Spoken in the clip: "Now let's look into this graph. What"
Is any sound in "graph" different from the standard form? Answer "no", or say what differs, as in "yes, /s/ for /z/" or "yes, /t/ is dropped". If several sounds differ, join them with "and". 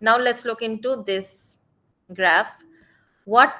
no